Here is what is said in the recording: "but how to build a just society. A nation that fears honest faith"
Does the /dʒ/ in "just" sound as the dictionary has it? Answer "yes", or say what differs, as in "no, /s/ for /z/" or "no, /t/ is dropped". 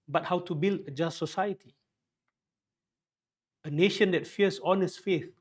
yes